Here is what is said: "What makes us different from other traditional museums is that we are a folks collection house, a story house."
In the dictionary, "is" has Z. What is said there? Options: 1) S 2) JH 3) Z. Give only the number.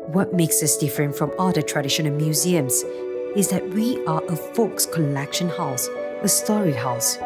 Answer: 3